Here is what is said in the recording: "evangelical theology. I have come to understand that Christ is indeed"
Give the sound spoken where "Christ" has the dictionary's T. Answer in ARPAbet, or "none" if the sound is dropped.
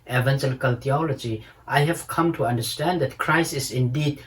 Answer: none